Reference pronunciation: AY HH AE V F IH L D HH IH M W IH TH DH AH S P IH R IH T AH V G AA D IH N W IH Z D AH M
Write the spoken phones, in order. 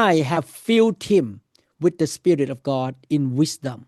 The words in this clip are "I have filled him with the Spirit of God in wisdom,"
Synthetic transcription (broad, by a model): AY HH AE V F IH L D HH IH M W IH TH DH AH S P IH R IH T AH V G AA D IH N W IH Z D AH M